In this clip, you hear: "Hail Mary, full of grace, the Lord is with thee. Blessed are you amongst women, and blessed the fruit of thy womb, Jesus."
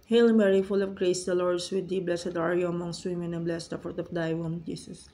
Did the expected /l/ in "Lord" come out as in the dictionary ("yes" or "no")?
yes